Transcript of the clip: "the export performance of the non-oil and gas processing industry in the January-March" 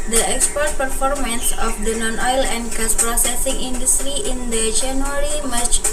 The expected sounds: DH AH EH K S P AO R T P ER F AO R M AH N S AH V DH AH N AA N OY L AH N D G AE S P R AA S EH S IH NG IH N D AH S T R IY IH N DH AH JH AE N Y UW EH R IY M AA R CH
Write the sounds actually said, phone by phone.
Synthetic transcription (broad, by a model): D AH EH K S P AO R T P ER F AO R M AH N S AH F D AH N AA N OY L AH N D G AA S P R AA S EH S IH NG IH N D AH S T R IY IH N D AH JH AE N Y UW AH R IY M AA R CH